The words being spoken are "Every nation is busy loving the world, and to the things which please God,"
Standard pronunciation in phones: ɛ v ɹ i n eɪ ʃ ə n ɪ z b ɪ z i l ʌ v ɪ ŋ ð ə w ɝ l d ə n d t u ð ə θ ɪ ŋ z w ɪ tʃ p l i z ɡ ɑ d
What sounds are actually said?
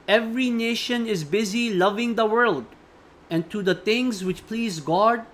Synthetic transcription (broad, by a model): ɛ v ɹ i n eɪ ʃ ə n ɪ z b ɪ z i l ʌ v ɪ ŋ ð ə w ɝ l d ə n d t u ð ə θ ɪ ŋ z w ɪ tʃ p l i z ɡ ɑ d